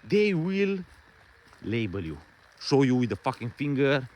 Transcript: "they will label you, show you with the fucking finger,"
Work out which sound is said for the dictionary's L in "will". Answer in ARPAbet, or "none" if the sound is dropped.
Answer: L